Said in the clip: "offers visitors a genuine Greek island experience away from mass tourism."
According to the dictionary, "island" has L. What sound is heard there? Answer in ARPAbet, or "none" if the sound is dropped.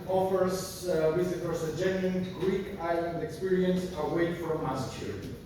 L